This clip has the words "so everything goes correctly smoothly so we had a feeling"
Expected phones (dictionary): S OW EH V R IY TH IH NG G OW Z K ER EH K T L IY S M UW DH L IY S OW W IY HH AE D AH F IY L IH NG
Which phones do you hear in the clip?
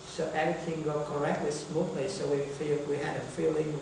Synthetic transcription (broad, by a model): S OW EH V R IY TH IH NG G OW K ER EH K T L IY S M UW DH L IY S OW W IY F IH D AH F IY L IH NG